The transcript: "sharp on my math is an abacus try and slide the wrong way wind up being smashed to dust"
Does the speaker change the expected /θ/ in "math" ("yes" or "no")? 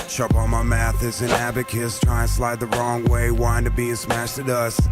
no